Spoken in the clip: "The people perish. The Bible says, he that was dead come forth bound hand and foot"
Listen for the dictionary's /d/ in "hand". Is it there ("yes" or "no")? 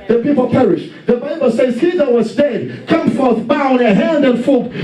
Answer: yes